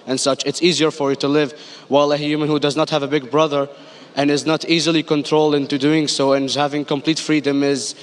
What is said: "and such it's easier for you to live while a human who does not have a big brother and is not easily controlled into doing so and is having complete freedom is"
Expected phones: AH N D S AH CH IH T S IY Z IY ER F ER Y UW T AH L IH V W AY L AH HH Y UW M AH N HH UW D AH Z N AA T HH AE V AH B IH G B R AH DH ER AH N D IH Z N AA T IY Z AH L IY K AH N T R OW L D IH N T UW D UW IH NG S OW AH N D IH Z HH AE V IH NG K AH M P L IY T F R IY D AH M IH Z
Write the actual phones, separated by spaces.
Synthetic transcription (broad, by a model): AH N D S AH CH IH T S IY Z IY ER F ER Y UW T AH L IH V W AY L AH HH Y UW M AH N HH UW D AH Z N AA T HH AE V AH B IH G B R AH DH ER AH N IH Z N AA T IY Z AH L IY K AH N T R OW L D IH N T UW D UW IH NG S OW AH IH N HH AE V IH NG K AH M P L IY T F R IY D AH M IH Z